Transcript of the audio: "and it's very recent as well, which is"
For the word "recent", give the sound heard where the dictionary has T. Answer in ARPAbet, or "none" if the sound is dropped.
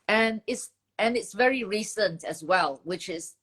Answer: T